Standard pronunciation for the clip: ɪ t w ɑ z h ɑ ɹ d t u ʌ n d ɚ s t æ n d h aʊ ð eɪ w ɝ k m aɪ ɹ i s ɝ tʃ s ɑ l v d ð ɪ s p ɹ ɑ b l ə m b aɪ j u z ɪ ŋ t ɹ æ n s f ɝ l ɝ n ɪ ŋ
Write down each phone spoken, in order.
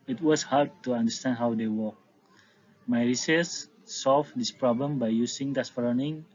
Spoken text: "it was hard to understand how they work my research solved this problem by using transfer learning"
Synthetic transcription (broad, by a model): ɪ t w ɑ s h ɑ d t u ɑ n d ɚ s t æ n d h aʊ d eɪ w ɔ k m aɪ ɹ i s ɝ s ɑ l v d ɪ s p ɹ ɑ b l ə m b aɪ j u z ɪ ŋ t æ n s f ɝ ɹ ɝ n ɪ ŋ